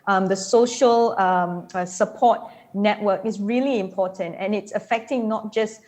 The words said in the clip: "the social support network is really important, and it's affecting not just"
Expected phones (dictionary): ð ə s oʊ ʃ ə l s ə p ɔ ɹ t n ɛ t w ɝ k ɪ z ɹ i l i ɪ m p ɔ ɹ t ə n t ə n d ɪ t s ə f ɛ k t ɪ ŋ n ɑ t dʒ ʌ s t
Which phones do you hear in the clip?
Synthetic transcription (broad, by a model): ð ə s oʊ ʃ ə l s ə p ɔ t n ɛ t w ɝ k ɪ s ɹ i l i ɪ m p ɔ t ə n t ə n ɪ t s ə f ɛ k t ɪ ŋ n ɑ t dʒ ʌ s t